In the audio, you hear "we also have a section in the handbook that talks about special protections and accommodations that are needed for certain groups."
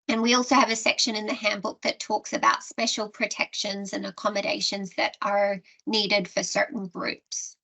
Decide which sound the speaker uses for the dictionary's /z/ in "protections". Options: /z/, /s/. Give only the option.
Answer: /z/